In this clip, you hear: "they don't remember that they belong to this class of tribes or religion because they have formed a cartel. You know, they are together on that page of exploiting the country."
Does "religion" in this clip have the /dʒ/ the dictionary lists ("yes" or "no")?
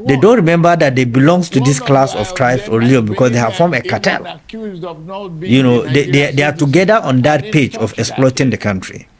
no